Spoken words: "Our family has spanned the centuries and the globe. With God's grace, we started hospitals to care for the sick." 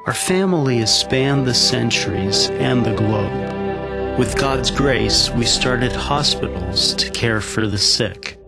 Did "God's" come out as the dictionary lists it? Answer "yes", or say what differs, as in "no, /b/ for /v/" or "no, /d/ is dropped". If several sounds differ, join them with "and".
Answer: yes